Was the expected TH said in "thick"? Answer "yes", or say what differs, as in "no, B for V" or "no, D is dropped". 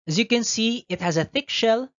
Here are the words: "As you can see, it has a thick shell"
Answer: yes